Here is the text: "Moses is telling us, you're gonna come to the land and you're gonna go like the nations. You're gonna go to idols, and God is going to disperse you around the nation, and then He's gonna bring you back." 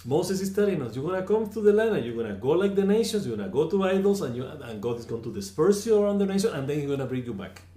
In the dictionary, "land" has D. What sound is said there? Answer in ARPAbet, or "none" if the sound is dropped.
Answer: none